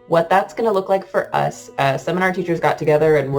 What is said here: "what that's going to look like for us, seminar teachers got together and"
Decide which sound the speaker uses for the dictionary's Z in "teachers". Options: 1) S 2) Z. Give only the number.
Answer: 2